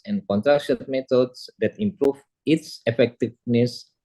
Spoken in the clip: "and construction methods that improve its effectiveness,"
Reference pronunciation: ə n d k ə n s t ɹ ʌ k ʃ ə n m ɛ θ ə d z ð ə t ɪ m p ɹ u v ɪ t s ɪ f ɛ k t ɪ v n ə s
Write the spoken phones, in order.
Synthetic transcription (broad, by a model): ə n k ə n t ɹ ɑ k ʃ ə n m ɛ t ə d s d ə t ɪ m p ɹ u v ɪ t s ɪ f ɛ k t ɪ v n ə s